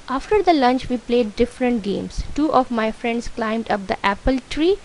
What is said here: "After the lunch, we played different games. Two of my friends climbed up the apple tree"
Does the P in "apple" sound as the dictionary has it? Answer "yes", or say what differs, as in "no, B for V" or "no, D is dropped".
yes